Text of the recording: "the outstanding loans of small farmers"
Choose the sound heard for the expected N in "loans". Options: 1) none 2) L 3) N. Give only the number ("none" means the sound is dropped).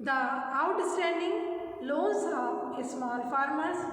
1